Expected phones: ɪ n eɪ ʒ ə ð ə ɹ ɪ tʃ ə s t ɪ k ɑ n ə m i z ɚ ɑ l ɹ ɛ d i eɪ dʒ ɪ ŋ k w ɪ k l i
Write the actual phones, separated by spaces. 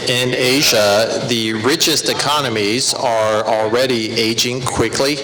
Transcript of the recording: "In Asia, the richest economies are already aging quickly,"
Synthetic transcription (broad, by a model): ɪ n eɪ ʒ ə ð ə ɹ ɪ tʃ ə s t ɪ k ɑ n ə m i z ɚ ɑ l ɹ ɛ d i eɪ dʒ ɪ ŋ k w ɪ k l i